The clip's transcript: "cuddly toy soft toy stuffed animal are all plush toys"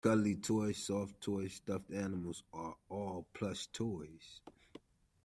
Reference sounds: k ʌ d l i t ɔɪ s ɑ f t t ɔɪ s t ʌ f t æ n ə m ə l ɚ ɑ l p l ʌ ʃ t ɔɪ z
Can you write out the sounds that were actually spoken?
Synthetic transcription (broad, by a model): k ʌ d l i t ɔɪ s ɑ f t t ɔɪ s t ʌ f t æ n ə m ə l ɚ ɑ l p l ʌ s t ɔɪ z